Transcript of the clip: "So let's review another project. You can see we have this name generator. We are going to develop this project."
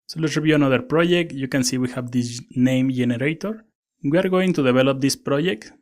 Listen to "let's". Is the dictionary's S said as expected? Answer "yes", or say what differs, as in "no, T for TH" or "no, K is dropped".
no, S is dropped